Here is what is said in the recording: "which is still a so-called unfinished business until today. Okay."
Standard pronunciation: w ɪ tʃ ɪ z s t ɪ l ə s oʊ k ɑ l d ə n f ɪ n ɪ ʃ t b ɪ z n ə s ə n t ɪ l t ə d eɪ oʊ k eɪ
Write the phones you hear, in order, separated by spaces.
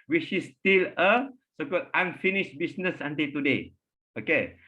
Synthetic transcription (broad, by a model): w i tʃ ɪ s t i l ə s oʊ k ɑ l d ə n f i n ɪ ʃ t b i s n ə s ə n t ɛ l t ə d eɪ oʊ k eɪ